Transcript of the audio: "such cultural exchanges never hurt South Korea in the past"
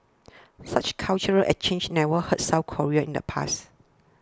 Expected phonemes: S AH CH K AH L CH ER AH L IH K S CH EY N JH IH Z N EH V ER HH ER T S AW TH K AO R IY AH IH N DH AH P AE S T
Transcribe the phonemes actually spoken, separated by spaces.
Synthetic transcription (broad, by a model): S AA CH K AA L CH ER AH L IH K CH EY N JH N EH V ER HH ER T S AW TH K AO R IY AH IH N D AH P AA S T